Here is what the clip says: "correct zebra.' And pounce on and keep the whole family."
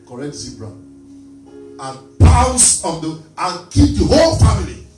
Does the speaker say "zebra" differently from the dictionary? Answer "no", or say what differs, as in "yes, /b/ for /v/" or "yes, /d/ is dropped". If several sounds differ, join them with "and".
yes, /s/ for /z/